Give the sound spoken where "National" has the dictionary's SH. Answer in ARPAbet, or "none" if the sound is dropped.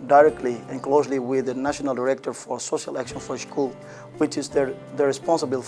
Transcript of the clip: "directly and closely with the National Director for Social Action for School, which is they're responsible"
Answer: SH